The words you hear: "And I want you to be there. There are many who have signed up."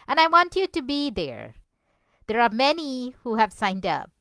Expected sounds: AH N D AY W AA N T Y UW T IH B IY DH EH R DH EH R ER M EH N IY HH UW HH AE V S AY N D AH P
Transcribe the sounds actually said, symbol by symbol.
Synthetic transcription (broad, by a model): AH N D AY W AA N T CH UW T IH B IY DH EH R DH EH R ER M EH N IY HH UW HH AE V S AY N D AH P